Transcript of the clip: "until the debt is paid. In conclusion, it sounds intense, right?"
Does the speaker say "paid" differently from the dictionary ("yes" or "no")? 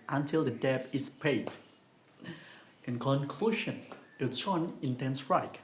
no